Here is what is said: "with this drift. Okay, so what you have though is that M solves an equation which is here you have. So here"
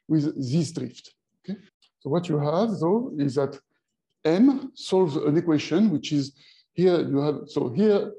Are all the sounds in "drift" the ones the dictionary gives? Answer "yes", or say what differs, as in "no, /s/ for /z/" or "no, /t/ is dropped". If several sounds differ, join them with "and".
yes